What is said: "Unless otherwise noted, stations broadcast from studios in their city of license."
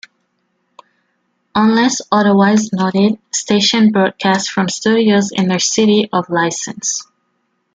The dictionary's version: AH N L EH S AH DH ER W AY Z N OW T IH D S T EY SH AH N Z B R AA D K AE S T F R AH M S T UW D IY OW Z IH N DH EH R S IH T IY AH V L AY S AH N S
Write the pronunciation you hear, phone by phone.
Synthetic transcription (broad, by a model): AH N L EH S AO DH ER W AY Z N OW T IH D S T EY SH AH N B R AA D K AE S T F R AH M S T UW D IY OW Z IH N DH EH R S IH T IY AH V L AY S AH N S